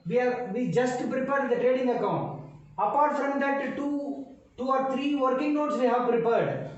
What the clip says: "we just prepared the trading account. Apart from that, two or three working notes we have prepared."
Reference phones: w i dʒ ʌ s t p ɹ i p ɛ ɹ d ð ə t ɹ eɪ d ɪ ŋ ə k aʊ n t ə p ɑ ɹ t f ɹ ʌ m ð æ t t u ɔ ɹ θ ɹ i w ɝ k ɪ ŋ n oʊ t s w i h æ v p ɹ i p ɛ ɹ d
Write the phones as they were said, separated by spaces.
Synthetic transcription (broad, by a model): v i dʒ ʌ s t p ɹ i p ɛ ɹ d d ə t ɹ eɪ d ɪ ŋ ə k aʊ n t ə p ɑ ɹ t f ɹ ʌ m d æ t t u ɔ ɹ t ɹ i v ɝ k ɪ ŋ n oʊ t s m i h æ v p ɹ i p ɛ ɹ d